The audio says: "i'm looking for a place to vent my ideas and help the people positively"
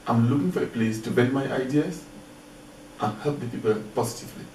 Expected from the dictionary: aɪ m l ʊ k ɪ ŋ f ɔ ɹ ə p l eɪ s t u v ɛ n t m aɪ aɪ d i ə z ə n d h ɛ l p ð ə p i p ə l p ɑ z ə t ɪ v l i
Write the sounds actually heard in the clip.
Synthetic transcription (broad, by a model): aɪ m l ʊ k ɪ ŋ f ɔ ɹ ə p l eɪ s t u b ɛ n m aɪ aɪ d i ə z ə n h ɛ l p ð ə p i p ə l p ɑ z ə t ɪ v l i